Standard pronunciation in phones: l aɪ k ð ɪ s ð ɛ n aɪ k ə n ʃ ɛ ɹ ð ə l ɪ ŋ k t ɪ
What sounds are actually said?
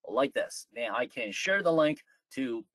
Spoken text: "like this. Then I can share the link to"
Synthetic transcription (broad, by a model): l aɪ k ð ɪ s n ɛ aɪ k ə n ʃ ɛ ɹ ð ə l ɪ ŋ k t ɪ